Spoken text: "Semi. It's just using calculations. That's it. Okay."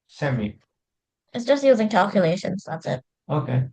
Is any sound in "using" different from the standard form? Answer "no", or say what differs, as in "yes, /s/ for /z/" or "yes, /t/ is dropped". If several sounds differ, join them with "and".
no